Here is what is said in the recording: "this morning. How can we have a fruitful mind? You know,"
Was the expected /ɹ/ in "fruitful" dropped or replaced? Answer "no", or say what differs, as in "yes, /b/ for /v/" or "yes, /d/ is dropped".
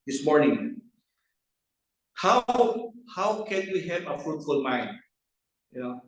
no